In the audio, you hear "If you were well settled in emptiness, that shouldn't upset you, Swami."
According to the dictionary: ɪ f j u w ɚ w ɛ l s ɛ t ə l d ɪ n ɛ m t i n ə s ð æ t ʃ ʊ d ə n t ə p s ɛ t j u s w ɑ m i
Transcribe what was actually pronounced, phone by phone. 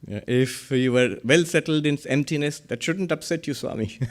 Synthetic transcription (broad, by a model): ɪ f j u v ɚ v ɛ l s ɛ t ə l d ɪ n ɛ m t i n ə s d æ t ʃ ʊ d ə n t ə p s ɛ t j u s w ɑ m i